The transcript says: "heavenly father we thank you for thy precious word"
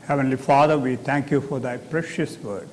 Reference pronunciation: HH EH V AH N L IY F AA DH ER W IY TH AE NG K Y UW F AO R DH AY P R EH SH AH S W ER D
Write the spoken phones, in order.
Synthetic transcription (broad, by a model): HH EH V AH N L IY F AA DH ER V IY T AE NG K Y UW F AO R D AY P R EH SH AH S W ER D